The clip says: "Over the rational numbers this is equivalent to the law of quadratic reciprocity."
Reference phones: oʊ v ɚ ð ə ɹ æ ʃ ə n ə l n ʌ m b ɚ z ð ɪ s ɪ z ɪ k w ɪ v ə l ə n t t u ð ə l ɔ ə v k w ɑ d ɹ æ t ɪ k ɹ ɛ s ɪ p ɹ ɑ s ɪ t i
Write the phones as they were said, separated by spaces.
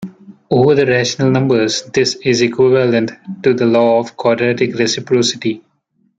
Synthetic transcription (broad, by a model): oʊ v ɚ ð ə ɹ æ ʃ ə n ə l n ʌ m b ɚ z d ɪ s ɪ z ɪ k w ɪ v ə l ə n t t u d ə l ɔ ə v k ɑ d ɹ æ t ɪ k ɹ ɛ s ɪ p ɹ ɑ s ɪ t i